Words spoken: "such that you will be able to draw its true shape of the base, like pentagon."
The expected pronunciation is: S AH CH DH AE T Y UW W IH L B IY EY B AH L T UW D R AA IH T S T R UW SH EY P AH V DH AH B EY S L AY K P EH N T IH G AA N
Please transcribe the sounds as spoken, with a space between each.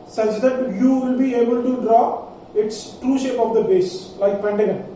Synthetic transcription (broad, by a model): S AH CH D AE T Y UW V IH L B IY EY B AH L T UW D R AA IH T S T R UW SH EY P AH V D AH B EY S L AY K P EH N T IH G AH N